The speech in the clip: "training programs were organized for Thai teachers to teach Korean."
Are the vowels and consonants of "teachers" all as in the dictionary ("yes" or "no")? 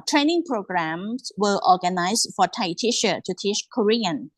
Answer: no